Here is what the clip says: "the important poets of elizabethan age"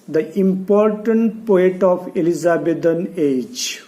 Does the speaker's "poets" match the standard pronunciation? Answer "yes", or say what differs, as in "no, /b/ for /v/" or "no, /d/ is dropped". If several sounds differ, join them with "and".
no, /s/ is dropped